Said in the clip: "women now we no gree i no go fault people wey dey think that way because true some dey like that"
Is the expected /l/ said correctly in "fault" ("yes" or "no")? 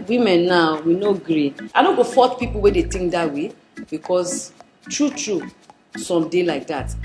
no